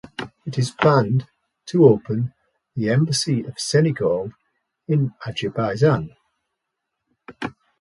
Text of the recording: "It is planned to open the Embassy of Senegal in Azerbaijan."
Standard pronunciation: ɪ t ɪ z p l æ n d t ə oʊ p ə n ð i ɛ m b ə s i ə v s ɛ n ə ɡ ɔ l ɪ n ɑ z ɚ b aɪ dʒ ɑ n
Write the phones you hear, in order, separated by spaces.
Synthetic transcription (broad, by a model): ɪ t ɪ z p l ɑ n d t ə oʊ p ə n ð i ɛ m b ə s i ə v s ɛ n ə ɡ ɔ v ɪ n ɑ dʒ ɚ b aɪ z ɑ n